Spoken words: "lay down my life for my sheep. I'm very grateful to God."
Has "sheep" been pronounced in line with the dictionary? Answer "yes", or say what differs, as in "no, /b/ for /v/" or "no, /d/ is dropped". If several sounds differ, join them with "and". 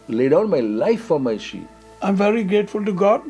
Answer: no, /p/ is dropped